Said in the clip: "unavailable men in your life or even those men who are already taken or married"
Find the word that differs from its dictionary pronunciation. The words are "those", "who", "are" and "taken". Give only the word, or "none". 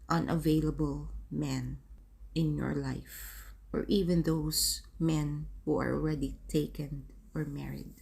those